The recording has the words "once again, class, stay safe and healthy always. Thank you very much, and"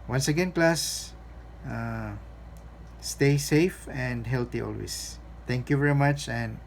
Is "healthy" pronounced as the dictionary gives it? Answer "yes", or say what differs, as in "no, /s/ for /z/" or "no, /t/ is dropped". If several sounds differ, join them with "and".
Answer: no, /t/ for /θ/